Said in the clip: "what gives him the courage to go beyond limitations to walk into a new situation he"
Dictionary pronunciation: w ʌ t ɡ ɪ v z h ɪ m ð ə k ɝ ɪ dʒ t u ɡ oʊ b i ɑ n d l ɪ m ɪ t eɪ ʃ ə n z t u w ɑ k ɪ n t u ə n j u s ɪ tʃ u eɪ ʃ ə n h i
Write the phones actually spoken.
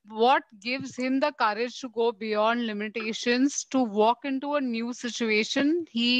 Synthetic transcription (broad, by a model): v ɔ t ɡ ɪ v z h ɪ m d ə k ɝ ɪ dʒ t u ɡ oʊ b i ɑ n d l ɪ m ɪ t eɪ ʃ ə n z t u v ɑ k ɪ n t u ə n j u s ɪ tʃ u eɪ ʃ ə n h i